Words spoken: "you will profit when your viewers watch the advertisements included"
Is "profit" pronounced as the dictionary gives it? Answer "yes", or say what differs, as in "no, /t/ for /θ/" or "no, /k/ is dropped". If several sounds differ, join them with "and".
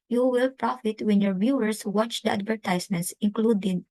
yes